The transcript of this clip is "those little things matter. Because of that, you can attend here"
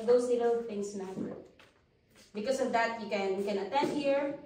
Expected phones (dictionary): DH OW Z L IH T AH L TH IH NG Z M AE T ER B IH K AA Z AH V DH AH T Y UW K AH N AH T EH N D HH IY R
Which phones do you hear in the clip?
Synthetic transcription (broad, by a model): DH OW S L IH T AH L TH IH NG S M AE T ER B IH K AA S AH V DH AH T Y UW K AH N AH T EH N D HH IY R